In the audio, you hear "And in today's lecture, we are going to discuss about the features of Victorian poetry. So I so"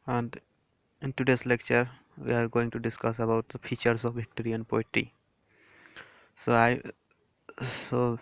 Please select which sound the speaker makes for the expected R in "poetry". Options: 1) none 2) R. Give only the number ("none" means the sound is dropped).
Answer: 1